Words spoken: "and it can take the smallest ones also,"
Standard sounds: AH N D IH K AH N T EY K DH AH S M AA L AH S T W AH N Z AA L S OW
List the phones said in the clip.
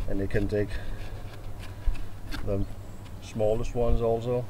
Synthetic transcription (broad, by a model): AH N IH K AH N T EY K DH AH S M AA L AH S T W AH N Z AA L S OW